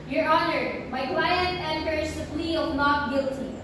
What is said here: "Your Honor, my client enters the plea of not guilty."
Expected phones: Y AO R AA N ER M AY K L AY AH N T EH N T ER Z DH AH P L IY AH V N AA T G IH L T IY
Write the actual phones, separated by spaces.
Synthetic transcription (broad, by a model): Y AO R AA N ER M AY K W AY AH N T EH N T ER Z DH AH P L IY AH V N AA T G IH L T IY